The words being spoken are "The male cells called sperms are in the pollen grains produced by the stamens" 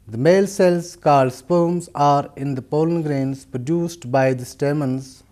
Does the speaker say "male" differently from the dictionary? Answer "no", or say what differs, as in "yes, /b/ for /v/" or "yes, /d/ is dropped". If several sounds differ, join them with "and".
no